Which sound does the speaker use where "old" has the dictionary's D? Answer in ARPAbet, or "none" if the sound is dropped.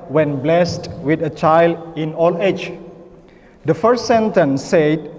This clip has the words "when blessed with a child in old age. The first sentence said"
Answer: none